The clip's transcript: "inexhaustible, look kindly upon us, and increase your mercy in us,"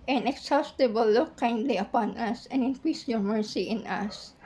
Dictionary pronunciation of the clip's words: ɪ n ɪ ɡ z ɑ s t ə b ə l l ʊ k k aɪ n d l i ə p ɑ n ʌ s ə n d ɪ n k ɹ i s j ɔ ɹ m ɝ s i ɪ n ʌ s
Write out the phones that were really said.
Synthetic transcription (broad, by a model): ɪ n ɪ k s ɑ s t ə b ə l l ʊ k k aɪ n d l i ə p ɑ n ʌ s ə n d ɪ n k ɹ i s j ɔ ɹ m ɝ s i ɪ n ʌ s